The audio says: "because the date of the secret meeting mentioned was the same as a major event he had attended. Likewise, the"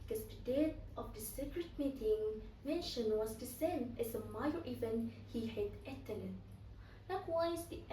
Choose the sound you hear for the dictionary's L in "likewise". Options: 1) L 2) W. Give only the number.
1